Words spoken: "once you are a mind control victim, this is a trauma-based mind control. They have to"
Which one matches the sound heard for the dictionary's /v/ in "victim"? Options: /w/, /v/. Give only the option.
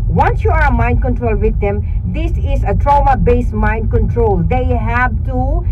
/w/